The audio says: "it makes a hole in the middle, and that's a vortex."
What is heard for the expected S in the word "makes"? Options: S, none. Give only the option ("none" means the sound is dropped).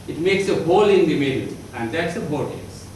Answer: S